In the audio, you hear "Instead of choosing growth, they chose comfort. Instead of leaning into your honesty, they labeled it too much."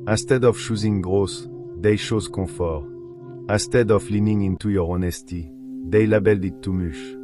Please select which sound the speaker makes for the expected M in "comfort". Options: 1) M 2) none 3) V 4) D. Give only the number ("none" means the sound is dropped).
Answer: 2